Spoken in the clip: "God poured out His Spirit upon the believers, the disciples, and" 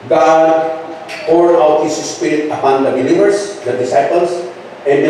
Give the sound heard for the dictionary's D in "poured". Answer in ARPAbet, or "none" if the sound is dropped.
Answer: none